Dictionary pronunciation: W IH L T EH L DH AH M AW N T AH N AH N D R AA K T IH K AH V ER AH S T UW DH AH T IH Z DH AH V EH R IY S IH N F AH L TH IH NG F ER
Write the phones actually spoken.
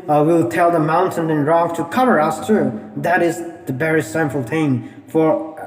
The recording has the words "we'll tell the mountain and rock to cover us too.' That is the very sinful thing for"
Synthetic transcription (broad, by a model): W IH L T EH L DH AH M AW N T AH N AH N R AA K T IH K AH V ER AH S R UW DH AH T IH Z DH AH B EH R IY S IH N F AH L T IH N F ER